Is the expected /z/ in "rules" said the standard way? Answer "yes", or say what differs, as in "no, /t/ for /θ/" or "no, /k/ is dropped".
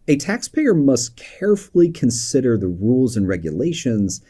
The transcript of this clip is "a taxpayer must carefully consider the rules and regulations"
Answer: yes